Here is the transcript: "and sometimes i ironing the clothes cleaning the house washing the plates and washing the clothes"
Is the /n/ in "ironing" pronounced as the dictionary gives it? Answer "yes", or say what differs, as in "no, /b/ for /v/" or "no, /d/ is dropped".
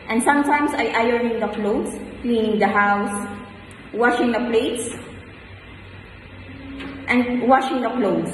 no, /n/ is dropped